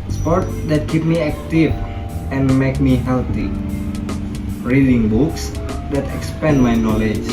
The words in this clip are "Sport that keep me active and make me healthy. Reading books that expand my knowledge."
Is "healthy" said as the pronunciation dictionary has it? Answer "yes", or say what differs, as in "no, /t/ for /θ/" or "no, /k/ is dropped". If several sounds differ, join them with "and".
no, /t/ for /θ/